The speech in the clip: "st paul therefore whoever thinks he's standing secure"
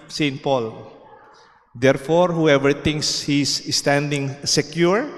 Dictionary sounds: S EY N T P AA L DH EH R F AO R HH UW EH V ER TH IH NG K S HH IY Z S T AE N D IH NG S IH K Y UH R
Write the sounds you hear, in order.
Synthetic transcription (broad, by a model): S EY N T P AA L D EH R F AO R HH UW EH V ER T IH NG K S HH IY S S T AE N D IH NG S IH K Y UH R